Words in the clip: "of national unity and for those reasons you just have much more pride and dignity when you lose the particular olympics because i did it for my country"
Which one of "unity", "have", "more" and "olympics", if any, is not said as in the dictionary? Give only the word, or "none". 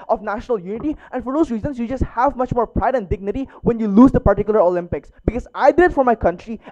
none